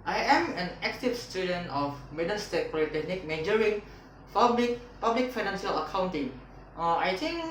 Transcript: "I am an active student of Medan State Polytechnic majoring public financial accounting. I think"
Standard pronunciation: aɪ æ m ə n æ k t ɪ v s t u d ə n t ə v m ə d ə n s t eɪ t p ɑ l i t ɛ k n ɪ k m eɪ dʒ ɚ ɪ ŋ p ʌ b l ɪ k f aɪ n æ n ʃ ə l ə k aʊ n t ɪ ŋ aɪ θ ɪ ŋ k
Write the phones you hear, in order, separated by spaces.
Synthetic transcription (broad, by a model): aɪ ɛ m ə n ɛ k t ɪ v s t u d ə n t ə f m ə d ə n s t eɪ t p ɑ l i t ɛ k n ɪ k m eɪ dʒ ɚ ɪ ŋ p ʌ b l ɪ k f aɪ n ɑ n s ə l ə k aʊ n t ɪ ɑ aɪ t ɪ ŋ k